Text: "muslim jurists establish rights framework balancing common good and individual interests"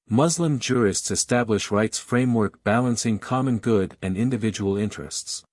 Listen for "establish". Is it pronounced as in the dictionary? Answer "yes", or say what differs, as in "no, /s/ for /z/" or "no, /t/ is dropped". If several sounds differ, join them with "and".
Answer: yes